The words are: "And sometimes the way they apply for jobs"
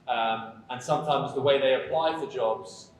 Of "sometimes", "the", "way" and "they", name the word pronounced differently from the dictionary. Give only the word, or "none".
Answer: none